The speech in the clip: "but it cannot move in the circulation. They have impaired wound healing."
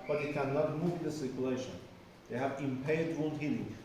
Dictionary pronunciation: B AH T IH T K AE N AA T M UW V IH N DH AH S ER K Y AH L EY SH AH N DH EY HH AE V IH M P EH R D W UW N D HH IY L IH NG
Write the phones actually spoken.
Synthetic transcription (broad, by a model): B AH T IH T K AE N AA T M UW V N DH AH S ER K Y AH L EY SH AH N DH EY HH AE V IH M P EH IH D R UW L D HH IY L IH NG